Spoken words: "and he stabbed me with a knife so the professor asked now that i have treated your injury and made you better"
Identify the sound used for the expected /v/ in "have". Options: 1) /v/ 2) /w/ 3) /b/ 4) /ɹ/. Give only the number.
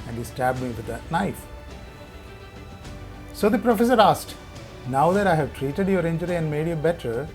1